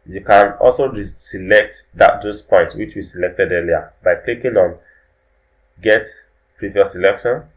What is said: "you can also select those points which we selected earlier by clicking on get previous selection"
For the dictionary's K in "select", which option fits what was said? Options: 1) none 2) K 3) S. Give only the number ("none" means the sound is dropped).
2